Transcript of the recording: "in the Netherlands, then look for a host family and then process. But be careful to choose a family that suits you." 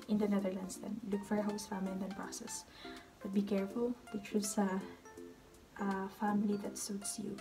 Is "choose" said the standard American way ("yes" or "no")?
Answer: no